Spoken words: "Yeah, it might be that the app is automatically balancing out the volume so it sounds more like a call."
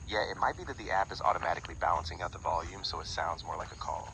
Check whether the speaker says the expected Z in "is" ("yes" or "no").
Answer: yes